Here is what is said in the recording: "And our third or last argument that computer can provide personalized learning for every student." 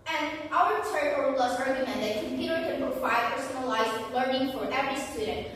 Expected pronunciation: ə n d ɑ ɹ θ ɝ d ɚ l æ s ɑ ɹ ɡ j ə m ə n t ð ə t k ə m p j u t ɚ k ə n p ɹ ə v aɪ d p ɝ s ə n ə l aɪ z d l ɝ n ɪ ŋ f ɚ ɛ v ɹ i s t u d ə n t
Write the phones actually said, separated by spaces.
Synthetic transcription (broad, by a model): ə n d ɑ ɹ t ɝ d ɚ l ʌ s ɹ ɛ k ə m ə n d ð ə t k ə m p j u t ɚ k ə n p ə f aɪ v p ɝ s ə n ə l aɪ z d l ɝ n ɪ ŋ f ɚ ɛ v ɹ i s t u d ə n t